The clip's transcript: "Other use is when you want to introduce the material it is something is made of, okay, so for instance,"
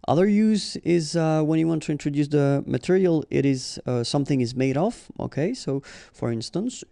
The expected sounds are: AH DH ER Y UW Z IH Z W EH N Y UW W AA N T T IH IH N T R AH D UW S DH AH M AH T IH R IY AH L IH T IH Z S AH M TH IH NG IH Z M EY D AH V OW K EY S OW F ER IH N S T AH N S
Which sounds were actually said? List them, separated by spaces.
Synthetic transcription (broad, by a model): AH DH ER Y UW Z IH Z W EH N Y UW W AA N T T IH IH N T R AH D UW S DH AH M AH T IH R IY AH L IH T IH Z S AH M TH IH NG IH Z M EY D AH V OW K EY S OW F ER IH N S T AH N S